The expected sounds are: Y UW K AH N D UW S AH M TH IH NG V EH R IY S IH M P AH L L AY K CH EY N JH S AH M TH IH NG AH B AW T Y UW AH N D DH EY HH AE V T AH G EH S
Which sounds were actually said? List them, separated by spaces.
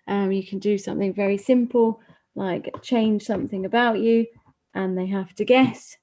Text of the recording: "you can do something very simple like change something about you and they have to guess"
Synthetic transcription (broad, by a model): Y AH K AH N D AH S AH M TH IH NG V EH R IY S IH M P AH L L AY K CH EY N ZH S AH M TH IH NG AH B AW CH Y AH N DH EY HH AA F T AH G EH S